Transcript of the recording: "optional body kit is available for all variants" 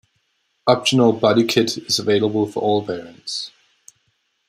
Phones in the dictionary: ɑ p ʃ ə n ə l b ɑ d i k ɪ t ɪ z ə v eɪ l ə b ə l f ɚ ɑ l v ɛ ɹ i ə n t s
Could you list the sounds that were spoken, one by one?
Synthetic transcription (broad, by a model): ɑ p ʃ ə n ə l b ɑ d i k ɪ t ɪ z ə v eɪ l ə b ə l f ɚ ɑ l p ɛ ɹ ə n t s